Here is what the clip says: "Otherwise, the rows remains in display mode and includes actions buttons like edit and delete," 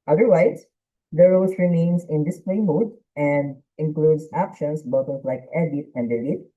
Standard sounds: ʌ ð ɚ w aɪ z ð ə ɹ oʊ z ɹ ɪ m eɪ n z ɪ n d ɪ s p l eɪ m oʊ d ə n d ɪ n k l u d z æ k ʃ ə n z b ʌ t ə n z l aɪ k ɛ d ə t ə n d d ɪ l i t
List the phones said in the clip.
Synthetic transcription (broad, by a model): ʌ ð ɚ w aɪ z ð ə ɹ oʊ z ɹ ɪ m eɪ n s ɪ n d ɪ s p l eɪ m oʊ d ə n d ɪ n k l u d s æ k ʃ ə n s b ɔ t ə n l aɪ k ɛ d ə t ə n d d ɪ l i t